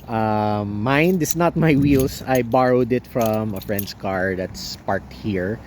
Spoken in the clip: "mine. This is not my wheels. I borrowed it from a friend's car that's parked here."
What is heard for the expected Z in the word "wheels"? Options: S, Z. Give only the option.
S